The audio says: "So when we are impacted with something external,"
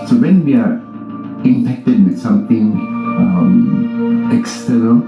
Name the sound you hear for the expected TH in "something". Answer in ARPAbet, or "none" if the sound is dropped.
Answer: T